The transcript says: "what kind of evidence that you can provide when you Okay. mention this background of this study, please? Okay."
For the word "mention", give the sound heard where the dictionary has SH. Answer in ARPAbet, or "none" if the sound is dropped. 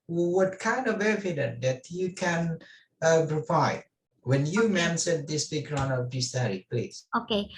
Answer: S